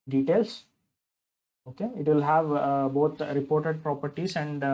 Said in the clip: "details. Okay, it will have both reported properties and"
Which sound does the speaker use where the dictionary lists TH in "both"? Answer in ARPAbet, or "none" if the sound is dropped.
T